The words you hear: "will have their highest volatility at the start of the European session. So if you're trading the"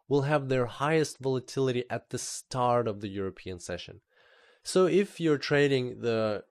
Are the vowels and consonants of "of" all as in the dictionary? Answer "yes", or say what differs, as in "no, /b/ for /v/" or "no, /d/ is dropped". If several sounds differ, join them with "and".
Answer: yes